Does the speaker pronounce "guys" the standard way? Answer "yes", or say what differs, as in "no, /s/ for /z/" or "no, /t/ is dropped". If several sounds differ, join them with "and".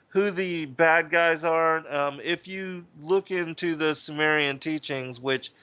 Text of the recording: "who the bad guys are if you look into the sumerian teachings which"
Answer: yes